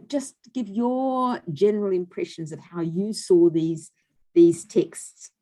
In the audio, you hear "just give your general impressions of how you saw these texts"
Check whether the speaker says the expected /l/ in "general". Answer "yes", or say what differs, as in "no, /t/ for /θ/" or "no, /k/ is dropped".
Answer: yes